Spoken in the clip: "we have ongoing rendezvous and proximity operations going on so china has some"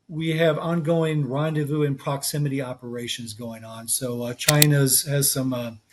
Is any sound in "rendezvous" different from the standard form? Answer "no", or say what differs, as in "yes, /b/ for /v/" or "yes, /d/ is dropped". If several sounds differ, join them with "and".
no